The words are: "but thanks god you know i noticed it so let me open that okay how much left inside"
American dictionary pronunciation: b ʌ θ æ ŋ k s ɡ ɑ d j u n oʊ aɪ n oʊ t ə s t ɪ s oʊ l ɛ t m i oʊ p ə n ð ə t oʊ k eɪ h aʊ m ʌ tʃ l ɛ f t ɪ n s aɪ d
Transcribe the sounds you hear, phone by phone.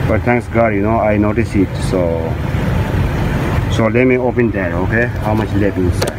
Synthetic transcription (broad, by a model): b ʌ t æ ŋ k s ɡ ɑ d j u n oʊ aɪ n oʊ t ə s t ɪ s oʊ l ɛ t m i oʊ p ə n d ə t oʊ k eɪ h aʊ m ʌ tʃ l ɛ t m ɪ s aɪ